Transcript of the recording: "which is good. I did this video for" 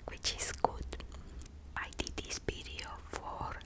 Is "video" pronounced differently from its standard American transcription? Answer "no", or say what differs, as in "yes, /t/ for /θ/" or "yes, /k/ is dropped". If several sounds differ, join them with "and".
yes, /p/ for /v/